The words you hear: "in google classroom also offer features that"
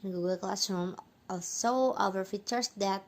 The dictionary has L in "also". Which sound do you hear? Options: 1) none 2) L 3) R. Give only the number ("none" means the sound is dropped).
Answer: 1